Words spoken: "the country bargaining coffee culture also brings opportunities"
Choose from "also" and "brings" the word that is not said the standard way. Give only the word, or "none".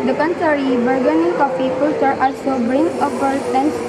brings